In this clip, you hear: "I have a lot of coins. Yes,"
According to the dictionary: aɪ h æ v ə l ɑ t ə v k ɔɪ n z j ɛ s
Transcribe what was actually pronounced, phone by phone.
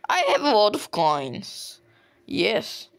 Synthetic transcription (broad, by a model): aɪ h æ v ə w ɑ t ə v k ɔɪ n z j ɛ s